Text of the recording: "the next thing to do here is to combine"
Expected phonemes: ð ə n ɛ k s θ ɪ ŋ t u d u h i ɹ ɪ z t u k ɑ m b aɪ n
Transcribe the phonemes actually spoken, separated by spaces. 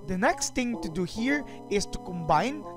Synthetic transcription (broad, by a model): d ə n ɛ k s t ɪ ŋ t u d u h i ɹ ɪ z t u k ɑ m b aɪ n